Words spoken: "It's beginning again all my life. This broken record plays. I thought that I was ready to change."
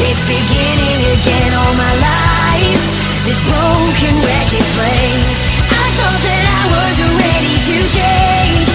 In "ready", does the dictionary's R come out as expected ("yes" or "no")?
yes